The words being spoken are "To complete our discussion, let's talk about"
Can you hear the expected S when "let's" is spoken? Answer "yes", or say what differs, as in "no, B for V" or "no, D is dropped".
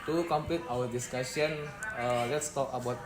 yes